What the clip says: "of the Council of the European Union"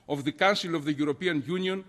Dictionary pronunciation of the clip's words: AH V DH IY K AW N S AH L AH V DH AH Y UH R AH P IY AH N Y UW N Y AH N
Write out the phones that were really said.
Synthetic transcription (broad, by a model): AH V DH IY K AW N S AH L AH V DH AH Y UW R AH P IY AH N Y UW N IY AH N